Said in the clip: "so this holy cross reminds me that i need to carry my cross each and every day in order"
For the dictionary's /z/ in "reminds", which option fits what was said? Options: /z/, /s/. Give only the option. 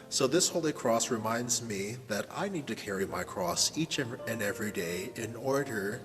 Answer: /z/